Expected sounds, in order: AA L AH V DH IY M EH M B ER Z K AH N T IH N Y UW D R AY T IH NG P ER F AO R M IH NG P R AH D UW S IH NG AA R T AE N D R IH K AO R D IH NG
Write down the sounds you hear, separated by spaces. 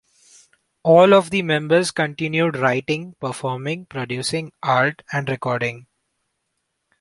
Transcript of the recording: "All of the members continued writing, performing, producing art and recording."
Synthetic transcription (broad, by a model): AA L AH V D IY M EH M B ER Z K AH N T IH N Y UW D R AY T IH NG P ER F AO R M IH NG P R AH D UW S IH NG AA R T AE N D R IH K AO R D IH NG